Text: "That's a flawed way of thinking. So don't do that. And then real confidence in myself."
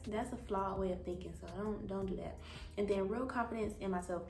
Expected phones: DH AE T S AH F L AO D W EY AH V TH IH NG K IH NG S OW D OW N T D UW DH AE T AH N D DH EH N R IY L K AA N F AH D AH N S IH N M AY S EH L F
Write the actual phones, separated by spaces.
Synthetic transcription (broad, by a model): DH AE T S AH F L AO W EY AH V TH IH NG K IH NG S OW D OW N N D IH DH AE T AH N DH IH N R IY L K AA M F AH D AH N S IH N M AY S EH L F